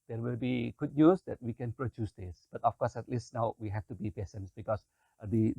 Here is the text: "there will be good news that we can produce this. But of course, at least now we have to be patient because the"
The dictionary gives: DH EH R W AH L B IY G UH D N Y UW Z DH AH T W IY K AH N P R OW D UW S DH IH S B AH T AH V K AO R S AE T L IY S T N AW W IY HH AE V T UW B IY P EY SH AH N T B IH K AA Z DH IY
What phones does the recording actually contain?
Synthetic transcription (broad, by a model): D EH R W AH L B IY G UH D N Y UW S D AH T W IY K AH N P R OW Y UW S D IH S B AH T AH F K AO S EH T L IY S T N AW W IY HH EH F T UW B IY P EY S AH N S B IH K AA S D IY